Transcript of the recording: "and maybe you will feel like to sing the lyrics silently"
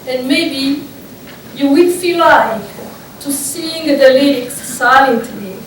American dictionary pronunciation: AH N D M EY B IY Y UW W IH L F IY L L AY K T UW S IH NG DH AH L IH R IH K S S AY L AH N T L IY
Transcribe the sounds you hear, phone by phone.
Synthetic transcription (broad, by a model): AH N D M EY B IY Y UW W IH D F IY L L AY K T UW S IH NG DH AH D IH L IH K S S AY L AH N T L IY